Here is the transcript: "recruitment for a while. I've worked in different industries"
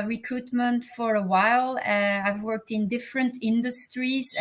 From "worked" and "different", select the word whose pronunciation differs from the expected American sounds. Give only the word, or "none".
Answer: none